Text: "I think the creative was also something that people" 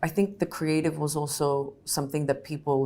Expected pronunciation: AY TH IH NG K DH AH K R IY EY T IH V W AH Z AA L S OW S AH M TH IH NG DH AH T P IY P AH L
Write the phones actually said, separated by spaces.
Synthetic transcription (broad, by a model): AY TH IH NG K DH AH K R IY EY T IH V W AH Z AA L S OW S AH M TH IH NG DH AH T P IY P L